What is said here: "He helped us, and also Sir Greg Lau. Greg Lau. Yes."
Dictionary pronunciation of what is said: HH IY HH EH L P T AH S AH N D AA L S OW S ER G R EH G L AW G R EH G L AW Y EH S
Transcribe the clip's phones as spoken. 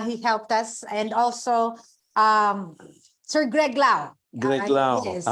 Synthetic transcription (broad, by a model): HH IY HH EH L P T AH S AH N D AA L S OW S ER G R EH G L AW G R EH G L AW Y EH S